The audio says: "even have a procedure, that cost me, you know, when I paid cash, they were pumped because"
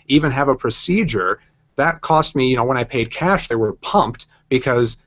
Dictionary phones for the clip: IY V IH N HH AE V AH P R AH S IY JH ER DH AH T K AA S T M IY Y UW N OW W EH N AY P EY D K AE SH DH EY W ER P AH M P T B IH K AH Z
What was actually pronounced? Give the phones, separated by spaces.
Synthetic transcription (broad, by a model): IY V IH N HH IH V AH P R AH S IY JH ER DH AH T K AA S T M IY Y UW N OW W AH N AY P EY D K AE SH DH EY W ER P AH M P T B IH K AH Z